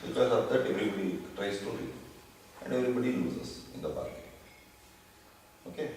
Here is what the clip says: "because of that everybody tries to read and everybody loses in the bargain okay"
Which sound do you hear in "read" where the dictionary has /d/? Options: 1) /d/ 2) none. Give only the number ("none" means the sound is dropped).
2